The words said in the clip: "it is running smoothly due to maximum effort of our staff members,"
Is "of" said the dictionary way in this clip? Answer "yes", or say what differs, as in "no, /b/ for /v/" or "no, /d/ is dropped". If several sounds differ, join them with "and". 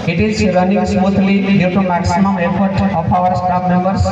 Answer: no, /p/ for /v/